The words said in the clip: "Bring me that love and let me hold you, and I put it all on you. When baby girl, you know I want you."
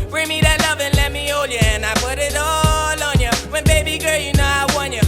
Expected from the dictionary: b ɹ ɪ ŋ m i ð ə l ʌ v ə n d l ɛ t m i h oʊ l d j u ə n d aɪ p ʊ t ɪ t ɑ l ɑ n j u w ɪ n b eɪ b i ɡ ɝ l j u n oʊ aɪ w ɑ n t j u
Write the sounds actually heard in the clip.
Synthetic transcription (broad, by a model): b ɹ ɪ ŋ m i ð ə l ʌ v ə n l ɛ t m i oʊ l j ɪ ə n aɪ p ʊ t ɪ t ɑ l ɑ n j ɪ w ɪ n b eɪ b i ɡ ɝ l j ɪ n oʊ aɪ w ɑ n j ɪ